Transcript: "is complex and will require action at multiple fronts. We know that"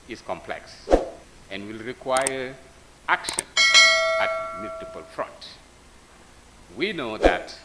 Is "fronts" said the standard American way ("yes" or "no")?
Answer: no